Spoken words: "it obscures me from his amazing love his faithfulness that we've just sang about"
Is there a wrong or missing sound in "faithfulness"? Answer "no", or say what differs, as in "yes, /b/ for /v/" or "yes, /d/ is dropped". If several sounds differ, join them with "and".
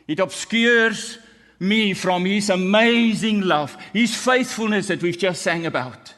no